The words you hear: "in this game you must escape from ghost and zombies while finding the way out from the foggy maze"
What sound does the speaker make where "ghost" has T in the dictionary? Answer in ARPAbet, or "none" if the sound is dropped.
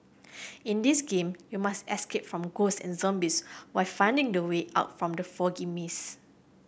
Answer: none